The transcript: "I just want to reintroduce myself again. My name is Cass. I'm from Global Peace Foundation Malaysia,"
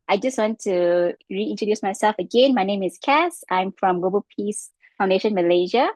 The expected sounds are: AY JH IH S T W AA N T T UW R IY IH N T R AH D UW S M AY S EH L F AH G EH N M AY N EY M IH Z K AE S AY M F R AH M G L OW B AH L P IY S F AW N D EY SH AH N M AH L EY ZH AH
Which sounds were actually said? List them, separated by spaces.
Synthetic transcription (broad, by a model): AY JH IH S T W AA N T T UW R IY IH N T R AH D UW S M AY S EH L F AH G EH N M AY N EY M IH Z K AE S AY M F R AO M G L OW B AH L P IY S F AW N D EY SH AH N M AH L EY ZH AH